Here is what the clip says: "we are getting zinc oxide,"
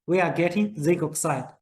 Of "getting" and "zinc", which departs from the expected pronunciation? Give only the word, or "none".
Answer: zinc